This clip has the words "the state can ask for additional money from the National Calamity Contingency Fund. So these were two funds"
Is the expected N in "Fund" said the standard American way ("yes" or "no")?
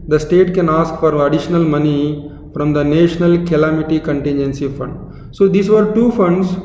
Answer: yes